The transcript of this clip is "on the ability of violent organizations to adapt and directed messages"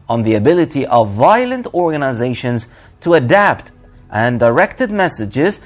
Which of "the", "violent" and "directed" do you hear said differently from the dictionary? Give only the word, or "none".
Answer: none